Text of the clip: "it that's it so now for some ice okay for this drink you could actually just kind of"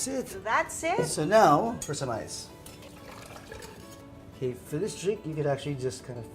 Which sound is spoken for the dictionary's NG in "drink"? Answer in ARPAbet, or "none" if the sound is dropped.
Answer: none